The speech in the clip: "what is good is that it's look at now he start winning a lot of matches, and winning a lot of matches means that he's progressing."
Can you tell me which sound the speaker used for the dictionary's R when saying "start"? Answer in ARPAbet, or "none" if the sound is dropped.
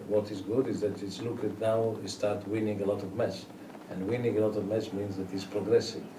R